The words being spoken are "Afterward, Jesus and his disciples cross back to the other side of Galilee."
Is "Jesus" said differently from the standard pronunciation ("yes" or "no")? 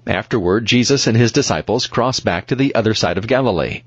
no